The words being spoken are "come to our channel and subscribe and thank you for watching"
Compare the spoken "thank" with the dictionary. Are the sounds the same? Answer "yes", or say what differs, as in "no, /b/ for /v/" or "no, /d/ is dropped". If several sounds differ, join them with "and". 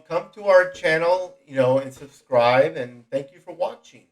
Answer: yes